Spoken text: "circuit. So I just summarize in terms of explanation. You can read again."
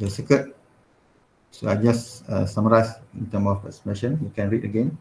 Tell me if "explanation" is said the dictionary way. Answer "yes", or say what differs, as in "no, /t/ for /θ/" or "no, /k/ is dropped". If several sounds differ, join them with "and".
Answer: no, /l/ is dropped